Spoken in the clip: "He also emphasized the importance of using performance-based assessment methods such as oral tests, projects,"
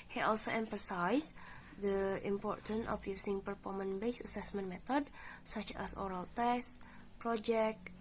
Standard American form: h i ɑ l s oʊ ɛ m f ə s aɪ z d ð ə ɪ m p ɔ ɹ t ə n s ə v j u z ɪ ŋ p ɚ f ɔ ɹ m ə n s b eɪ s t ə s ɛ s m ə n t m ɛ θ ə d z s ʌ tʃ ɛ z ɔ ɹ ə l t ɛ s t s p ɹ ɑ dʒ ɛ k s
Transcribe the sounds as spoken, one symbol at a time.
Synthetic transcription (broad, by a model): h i ɑ l s oʊ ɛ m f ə s aɪ s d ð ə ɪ m p ɔ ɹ t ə n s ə f j u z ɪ ŋ p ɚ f ɔ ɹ m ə n b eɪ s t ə s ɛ s m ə n m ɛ t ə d s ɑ tʃ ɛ s ɔ ɹ ə l t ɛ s s p ɹ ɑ dʒ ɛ k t